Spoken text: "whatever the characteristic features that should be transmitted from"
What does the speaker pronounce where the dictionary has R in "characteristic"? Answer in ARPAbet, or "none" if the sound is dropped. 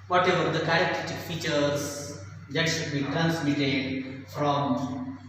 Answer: none